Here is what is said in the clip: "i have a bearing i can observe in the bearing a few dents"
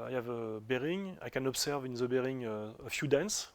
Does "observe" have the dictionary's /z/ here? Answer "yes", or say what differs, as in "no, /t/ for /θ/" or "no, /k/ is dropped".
no, /s/ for /z/